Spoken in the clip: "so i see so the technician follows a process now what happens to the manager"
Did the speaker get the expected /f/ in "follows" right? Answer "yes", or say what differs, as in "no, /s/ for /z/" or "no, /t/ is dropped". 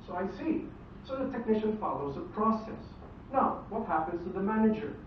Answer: yes